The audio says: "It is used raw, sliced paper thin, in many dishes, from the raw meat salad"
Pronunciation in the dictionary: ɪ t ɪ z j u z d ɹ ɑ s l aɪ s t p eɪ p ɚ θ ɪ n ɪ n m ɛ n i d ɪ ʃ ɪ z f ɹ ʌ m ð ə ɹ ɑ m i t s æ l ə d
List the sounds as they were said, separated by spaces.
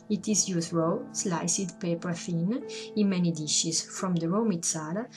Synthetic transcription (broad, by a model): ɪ t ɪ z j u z ɹ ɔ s l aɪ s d p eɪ p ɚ f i n ɪ n m ɛ n i d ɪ ʃ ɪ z f ɹ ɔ m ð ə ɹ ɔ m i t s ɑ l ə